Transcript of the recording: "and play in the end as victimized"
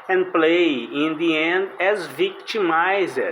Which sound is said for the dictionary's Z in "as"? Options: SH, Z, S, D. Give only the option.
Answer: Z